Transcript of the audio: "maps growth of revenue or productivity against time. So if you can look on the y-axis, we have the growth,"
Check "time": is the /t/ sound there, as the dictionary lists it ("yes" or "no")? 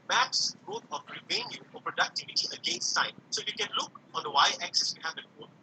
no